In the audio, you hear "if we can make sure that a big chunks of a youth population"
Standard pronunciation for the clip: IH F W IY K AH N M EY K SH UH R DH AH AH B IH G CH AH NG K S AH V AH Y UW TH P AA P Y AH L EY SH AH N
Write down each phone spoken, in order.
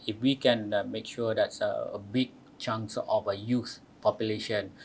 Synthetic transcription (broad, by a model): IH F W IY K AH N M EY K SH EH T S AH AH B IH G CH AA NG S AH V AH Y UW S P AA P Y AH L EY SH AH N